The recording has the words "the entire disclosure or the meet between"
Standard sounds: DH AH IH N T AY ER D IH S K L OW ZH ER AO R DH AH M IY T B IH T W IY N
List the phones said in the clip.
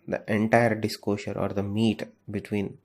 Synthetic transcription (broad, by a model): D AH IH N T AY ER D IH S K OW SH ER AO R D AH M IY T B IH T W IY N